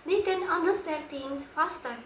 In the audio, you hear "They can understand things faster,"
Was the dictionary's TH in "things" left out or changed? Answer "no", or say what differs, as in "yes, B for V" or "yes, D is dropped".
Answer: yes, T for TH